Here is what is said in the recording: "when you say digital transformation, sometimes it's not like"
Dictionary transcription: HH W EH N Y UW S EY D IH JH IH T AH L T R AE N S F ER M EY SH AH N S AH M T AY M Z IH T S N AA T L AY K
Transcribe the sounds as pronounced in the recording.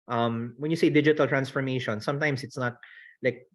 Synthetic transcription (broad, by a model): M W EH N Y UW S EY D IH JH IH T AH L T R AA N S F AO M EY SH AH N S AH M T AY M S IH T S N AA T L AY K